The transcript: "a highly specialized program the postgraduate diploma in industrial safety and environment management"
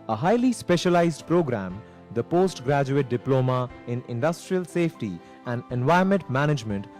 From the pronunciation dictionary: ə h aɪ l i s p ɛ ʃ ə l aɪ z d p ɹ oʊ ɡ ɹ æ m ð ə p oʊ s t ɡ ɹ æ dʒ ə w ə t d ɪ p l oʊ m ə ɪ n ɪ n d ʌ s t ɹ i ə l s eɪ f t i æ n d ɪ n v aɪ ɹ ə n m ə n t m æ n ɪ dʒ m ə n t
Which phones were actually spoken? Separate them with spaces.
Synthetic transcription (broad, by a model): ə h aɪ l i s p ɛ ʃ ə l aɪ z d p ɹ oʊ ɡ ɹ æ m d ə p oʊ s t ɡ ɹ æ dʒ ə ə t d ɪ p l oʊ m ə ɪ n ɪ n d ʌ s t ɹ i ə l s eɪ f t i æ n d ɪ n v aɪ ə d m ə n t m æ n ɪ dʒ m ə n t